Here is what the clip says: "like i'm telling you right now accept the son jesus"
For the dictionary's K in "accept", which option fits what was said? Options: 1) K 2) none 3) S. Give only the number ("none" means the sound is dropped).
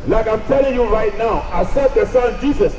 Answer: 2